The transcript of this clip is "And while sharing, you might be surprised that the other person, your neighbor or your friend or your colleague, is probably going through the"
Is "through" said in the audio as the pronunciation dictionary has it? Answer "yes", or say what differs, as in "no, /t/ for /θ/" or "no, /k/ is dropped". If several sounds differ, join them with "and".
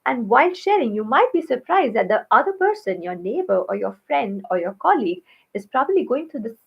no, /t/ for /θ/